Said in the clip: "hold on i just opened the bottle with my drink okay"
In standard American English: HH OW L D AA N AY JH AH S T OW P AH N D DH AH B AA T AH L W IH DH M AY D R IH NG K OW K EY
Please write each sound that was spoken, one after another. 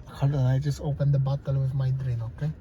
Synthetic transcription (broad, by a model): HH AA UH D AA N AY JH AH S T OW P AH N D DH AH B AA T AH L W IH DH M AY D R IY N OW K EY